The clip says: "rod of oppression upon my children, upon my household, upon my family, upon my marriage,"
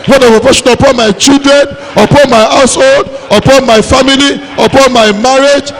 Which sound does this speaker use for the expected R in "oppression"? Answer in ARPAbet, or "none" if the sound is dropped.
none